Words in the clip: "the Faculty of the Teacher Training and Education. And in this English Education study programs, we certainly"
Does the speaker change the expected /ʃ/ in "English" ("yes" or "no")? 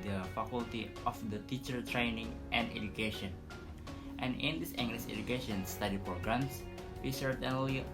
yes